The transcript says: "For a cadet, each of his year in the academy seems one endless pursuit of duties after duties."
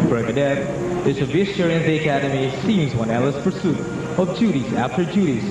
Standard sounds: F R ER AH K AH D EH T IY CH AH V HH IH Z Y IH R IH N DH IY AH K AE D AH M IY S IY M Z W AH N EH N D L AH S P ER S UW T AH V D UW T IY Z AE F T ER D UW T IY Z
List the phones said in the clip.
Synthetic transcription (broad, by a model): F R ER AH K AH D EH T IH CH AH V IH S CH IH R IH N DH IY AH K AE D AH M IY S IY M Z W AH N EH L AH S P ER S UW T AH V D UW T IY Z AE F T ER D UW T IY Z